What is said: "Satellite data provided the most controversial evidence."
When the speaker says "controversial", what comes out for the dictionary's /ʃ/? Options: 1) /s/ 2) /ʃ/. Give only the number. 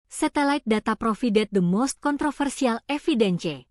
1